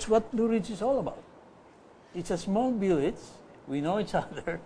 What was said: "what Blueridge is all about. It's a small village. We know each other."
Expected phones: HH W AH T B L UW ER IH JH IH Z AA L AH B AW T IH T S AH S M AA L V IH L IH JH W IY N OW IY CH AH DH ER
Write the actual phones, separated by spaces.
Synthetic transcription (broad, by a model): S W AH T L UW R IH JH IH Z AA L AH B AW T IH T S AH S M AA L B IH L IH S W IY N OW IY CH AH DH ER